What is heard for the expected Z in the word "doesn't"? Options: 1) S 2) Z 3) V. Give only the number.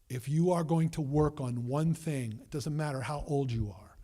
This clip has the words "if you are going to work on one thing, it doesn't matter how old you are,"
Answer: 2